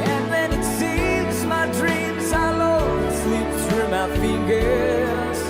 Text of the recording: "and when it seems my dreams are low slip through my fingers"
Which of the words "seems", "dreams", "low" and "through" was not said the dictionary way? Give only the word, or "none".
through